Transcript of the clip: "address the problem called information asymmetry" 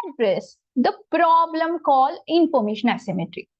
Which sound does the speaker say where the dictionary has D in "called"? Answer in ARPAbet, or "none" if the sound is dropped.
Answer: none